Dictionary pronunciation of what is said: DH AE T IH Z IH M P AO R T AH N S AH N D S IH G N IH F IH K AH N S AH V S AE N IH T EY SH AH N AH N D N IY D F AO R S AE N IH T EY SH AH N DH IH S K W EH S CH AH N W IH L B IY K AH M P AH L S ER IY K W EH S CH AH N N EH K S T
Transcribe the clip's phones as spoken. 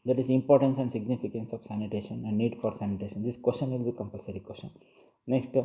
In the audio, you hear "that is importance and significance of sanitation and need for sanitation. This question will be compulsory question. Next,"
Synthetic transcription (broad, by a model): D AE T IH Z IH M P AO R T AH N S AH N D S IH G N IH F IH K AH N S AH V S AE N IH T EY SH AH N AH N D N IY D F AO R S AE N IH T EY SH AH N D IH S K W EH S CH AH N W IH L B IY K AH M P AH L S ER IY K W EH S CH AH N N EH K S T